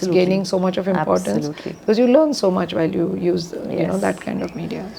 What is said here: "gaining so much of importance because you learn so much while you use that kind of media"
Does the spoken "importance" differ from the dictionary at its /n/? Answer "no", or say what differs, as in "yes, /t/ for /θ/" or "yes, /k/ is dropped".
yes, /l/ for /n/